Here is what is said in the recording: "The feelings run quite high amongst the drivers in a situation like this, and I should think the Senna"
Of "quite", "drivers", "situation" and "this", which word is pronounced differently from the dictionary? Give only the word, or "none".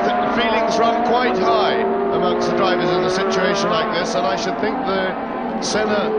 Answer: none